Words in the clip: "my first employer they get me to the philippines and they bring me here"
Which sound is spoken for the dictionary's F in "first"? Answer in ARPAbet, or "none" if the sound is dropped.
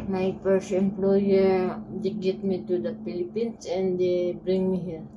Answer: P